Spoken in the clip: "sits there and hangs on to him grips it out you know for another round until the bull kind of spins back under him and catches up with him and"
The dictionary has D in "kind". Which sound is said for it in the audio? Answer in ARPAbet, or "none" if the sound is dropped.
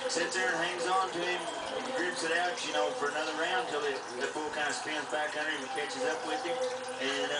none